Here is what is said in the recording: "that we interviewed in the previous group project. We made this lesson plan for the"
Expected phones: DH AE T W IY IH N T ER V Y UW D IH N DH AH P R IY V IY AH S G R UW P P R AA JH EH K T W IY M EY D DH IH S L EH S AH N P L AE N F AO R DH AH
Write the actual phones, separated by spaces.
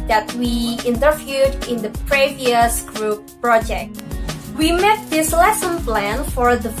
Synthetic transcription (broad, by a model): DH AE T W IY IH N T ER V Y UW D IH N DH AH P R IY V IY AH S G R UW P P R AA JH EH K T W IY M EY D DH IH S L EH S AH N P L AE N F AO R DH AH